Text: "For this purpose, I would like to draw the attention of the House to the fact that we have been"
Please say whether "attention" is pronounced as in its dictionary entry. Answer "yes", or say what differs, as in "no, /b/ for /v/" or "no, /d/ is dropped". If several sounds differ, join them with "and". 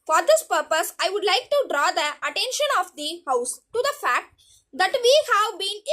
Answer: yes